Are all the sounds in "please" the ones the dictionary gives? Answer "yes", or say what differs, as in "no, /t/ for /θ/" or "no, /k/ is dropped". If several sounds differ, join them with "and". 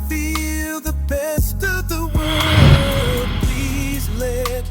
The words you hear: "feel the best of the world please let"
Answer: yes